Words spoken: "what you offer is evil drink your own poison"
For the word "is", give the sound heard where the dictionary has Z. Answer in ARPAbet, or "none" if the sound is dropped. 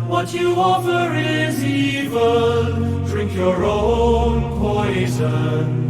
Z